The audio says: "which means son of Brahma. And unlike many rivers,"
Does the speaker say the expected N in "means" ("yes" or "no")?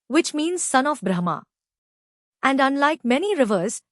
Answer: yes